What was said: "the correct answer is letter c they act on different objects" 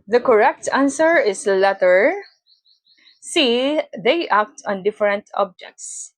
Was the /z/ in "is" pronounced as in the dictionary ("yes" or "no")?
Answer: no